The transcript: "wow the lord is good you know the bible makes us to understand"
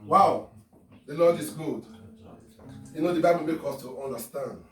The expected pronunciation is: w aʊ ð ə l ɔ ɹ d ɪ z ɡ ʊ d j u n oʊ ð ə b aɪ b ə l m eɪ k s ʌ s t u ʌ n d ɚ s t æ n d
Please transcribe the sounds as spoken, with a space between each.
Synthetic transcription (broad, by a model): w aʊ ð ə l ɔ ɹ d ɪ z ɡ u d j u n oʊ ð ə b aɪ b ə l m eɪ k ʌ s t u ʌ n d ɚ s t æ n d